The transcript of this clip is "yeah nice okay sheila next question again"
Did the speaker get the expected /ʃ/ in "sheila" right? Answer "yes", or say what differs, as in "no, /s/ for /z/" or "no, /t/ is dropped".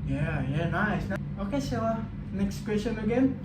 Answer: no, /s/ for /ʃ/